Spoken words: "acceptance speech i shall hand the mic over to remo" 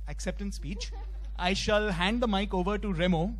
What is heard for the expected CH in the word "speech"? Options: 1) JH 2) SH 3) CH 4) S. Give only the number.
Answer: 3